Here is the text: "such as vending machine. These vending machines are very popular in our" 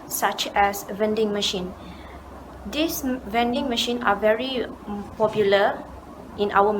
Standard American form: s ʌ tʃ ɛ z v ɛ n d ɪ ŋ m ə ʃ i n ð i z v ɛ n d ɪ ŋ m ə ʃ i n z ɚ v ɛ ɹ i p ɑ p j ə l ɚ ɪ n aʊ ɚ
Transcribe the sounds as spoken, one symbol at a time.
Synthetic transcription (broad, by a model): s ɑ tʃ ɛ s v ɛ n d ɪ ŋ m ə ʃ i n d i s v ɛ n d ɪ ŋ m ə ʃ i n ɑ v ɛ ɹ i p ɑ p j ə l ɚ ɪ n aʊ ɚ